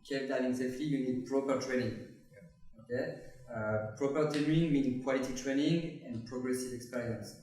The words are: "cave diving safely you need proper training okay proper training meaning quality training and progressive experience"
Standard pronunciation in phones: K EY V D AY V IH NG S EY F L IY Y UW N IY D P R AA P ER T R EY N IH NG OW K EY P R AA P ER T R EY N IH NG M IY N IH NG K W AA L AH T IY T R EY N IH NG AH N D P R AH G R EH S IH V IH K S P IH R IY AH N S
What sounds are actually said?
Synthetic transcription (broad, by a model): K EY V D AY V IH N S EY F IY Y UW N IY D P R AA P ER T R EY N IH NG OW K EY P R AA P ER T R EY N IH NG M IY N K W AA L AH T IY T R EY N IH NG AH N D P R AH G R EH S IH V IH K S P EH R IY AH N S